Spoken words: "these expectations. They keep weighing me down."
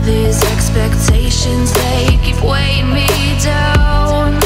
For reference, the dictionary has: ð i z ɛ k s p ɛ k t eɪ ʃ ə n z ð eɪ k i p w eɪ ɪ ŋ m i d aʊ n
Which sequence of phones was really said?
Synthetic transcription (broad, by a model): ð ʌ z ɛ k s p ɛ k t eɪ ʃ ə n z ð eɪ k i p w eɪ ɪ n m i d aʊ n